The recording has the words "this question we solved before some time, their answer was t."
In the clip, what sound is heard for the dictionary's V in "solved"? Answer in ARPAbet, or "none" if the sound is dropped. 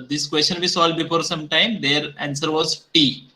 none